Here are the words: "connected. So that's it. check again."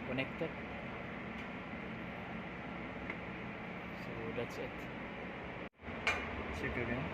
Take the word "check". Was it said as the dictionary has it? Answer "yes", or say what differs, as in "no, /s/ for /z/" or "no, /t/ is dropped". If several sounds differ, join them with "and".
no, /s/ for /tʃ/